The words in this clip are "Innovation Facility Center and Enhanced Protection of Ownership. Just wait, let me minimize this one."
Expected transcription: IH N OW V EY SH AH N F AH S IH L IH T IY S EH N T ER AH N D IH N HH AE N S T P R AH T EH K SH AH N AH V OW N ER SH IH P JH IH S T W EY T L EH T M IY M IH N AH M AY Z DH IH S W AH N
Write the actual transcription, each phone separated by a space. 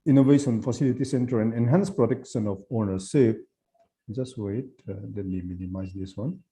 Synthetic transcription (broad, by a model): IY N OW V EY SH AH N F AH S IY L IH T IY S EH N T ER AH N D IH N HH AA N S P R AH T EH K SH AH N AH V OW N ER S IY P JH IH S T W EY T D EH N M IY M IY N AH M AY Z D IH S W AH N